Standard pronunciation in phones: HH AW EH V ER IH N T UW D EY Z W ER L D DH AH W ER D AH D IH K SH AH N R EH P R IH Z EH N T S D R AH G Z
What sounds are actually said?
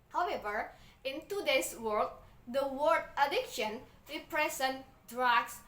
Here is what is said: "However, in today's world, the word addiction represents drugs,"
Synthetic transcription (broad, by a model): HH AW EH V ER IH N T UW D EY S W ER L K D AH W ER D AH D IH K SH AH N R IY P R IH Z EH N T D R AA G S